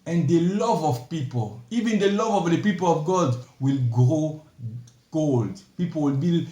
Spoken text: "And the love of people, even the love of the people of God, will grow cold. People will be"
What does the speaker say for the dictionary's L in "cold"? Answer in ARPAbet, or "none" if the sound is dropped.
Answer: L